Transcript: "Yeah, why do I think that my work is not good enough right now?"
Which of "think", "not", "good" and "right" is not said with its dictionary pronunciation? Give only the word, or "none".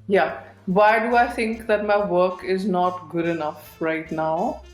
think